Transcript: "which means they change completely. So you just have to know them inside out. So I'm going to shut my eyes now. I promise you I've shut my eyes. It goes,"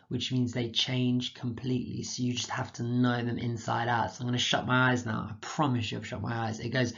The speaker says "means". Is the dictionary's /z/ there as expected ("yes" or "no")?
yes